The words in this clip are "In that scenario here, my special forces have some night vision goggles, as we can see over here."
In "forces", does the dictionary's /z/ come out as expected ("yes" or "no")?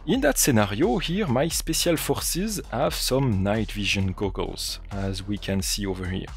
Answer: yes